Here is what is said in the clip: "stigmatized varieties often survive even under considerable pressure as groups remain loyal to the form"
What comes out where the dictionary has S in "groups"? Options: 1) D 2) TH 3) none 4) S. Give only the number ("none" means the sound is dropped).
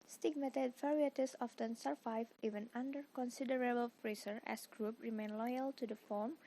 3